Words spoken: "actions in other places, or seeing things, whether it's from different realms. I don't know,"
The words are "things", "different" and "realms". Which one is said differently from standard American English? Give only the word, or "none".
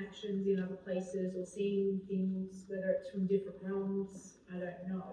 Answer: none